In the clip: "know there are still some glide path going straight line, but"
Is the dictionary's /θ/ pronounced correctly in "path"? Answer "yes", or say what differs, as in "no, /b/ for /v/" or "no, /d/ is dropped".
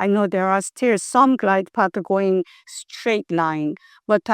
no, /t/ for /θ/